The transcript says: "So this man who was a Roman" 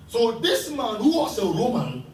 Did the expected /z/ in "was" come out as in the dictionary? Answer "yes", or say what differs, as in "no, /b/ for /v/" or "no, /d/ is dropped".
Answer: no, /s/ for /z/